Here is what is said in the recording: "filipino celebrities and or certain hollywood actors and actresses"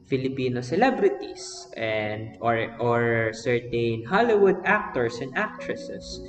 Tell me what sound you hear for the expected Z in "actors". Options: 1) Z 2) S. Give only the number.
2